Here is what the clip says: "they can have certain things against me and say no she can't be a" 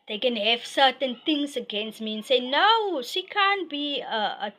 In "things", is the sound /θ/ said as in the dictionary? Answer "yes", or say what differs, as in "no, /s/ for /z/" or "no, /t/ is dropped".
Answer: no, /t/ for /θ/